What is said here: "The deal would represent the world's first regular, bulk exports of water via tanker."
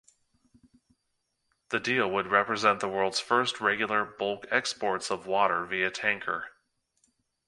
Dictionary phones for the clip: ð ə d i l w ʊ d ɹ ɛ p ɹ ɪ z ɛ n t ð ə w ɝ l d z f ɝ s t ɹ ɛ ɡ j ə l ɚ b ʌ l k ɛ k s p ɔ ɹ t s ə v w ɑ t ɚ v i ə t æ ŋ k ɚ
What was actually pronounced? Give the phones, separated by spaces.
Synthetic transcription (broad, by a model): ð ə d i l w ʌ d ɹ ɛ p ɹ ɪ z ɛ n ð ə w ɝ l d z f ɝ s t ɹ ɛ ɡ j l ɚ b ʌ l k ɛ k s p ɔ ɹ t s ə v w ɑ t ɚ v i ə t æ ŋ k ɚ